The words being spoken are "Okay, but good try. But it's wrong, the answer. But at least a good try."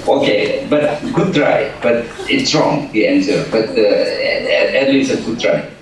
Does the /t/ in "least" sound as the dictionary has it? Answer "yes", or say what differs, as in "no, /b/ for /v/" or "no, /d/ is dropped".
no, /t/ is dropped